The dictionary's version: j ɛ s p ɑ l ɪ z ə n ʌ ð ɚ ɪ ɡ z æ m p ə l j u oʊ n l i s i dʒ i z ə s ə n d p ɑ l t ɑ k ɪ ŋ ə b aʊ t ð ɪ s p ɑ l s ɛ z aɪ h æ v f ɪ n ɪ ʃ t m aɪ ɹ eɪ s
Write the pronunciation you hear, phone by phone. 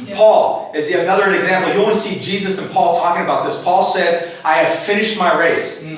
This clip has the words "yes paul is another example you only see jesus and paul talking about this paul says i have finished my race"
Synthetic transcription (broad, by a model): p ɑ l ɪ z ə n ʌ ð ɚ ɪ ɡ z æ m p l j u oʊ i s i dʒ i z ə s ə n p ɑ l t ɑ k ɪ ŋ ə b aʊ t ð ɪ s p ɑ l s ɛ z aɪ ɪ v f ɪ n ɪ ʃ t m aɪ ɹ eɪ s